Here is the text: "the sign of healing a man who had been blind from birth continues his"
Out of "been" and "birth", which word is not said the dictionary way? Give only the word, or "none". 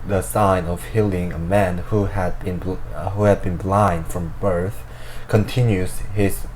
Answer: none